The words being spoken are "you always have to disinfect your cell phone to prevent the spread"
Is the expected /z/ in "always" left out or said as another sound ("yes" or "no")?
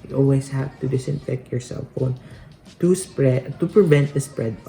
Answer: yes